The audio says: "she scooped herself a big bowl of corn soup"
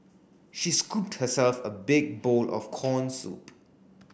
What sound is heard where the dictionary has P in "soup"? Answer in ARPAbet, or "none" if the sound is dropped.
P